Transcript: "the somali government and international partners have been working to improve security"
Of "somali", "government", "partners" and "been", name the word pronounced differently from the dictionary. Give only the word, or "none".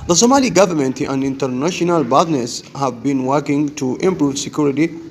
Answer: partners